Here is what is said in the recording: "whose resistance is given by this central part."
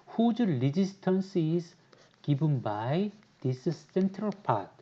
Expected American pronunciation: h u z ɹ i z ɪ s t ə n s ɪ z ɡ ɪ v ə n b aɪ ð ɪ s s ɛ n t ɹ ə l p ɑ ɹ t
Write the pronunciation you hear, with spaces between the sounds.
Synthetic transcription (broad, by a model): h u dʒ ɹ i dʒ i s t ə n s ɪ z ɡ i b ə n b aɪ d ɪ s s ɛ n t ɹ ə l p ɑ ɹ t